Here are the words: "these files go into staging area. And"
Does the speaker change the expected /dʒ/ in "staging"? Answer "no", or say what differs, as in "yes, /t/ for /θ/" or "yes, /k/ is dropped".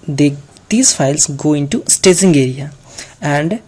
yes, /z/ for /dʒ/